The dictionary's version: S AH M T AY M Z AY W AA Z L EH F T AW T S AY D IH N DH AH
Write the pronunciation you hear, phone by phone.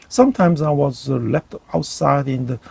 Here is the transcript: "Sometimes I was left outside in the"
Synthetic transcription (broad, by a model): S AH M T AY M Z AY W AA Z L EH F T AW T S AY D IH N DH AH